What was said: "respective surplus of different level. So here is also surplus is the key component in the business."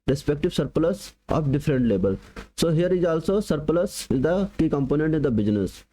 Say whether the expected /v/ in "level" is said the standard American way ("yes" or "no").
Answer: no